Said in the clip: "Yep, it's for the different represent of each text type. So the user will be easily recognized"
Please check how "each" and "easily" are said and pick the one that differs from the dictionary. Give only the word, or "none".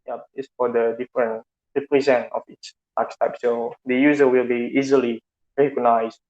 each